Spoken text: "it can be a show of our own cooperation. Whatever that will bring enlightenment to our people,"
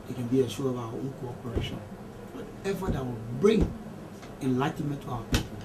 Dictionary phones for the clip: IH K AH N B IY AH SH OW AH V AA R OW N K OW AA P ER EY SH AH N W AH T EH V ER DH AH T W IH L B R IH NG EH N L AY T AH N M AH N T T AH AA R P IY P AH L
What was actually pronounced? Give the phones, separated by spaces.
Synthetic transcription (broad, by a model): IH K AH N B IY AH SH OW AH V AA W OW K OW AA P ER EY SH AH N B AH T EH F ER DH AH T W IH L B R IH NG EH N L AY T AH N M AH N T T AA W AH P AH